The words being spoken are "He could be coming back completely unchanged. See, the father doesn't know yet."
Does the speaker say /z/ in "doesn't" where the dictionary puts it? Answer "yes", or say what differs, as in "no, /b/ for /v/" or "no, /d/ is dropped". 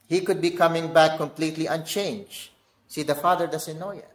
no, /s/ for /z/